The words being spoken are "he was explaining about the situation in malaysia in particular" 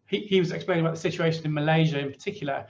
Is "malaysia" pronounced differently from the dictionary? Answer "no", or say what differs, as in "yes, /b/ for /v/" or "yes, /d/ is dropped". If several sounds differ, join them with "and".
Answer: no